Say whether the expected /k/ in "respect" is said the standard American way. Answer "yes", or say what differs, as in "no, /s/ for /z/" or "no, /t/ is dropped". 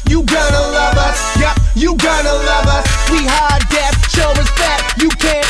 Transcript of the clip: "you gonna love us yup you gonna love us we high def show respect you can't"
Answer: no, /k/ is dropped